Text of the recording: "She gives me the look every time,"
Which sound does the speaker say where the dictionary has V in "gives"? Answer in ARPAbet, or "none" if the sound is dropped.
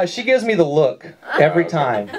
V